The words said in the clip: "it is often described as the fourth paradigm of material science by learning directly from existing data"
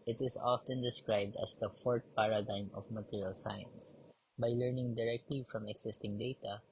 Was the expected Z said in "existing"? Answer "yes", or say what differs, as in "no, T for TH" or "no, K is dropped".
no, S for Z